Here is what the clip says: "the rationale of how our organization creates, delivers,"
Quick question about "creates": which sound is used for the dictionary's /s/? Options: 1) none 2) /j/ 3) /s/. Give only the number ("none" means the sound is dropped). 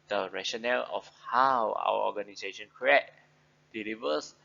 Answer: 1